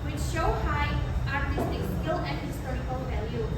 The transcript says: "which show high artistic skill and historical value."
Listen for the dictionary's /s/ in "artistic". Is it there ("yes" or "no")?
yes